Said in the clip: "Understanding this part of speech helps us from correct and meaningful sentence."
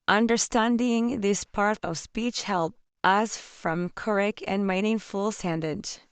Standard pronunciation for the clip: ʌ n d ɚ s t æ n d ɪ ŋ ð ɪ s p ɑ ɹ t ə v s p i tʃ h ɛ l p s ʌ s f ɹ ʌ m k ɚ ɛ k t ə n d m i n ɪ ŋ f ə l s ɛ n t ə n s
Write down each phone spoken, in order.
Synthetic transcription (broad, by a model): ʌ n d ɚ s t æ n d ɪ ŋ ð ɪ s p ɑ ɹ t ə v s p i tʃ h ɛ l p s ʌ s f ɹ ʌ m k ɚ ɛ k ə n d m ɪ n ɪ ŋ f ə l s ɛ n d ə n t